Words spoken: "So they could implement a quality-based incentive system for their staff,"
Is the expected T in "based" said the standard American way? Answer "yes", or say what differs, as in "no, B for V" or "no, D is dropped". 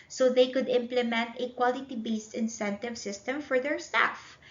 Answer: yes